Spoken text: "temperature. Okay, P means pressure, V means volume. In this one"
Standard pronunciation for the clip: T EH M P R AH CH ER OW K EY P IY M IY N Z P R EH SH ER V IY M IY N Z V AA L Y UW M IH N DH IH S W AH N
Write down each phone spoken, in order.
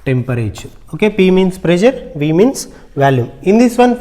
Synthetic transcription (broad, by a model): T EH M P R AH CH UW OW K EY P IY M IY N S P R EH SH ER V IY M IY N S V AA L Y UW M IH N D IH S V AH N